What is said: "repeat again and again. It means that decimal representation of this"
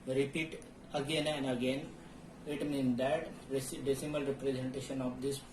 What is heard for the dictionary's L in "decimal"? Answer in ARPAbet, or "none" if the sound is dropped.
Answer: L